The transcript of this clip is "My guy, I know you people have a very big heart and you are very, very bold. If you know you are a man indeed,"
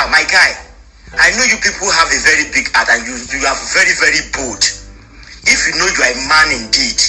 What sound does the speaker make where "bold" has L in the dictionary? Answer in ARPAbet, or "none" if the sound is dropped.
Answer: none